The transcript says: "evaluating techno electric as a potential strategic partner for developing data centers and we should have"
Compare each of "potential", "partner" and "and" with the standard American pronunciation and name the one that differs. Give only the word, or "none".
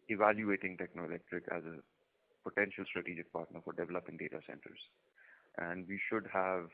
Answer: none